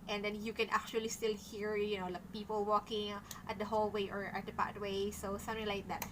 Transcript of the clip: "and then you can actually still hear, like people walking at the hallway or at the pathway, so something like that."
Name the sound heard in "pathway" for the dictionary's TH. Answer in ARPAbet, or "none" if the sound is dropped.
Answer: T